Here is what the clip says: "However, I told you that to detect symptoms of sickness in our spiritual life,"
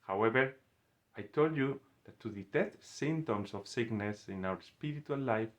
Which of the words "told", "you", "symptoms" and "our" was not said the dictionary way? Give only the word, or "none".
symptoms